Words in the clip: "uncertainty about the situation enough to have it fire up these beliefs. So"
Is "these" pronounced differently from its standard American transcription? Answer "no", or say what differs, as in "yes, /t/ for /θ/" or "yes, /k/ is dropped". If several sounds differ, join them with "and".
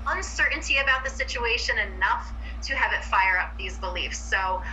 no